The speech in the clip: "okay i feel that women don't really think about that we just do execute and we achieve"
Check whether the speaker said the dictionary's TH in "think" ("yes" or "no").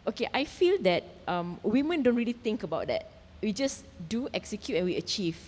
no